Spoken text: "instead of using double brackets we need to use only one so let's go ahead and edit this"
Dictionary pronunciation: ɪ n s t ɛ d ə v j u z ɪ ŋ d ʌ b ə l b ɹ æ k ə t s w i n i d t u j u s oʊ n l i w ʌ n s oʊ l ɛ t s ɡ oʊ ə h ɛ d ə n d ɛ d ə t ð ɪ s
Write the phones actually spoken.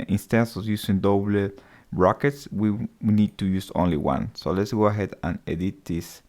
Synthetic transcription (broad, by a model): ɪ n s t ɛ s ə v j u s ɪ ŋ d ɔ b l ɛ ɹ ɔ k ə t s w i n i d t u j u s oʊ n l i w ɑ n s oʊ l ɛ t s ɡ oʊ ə h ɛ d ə n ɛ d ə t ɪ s